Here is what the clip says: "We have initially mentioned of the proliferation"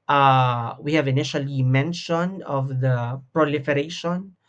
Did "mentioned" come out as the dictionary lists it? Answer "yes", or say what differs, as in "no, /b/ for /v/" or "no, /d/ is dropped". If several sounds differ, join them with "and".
no, /d/ is dropped